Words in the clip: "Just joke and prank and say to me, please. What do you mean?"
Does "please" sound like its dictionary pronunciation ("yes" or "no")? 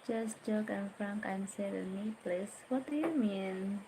no